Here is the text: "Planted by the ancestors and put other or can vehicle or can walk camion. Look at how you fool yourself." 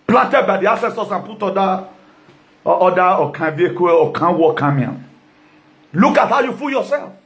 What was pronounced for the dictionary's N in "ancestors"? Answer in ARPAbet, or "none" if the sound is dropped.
none